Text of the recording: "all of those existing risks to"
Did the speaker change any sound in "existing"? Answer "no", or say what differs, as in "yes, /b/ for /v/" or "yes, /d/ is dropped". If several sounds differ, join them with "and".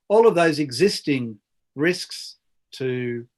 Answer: no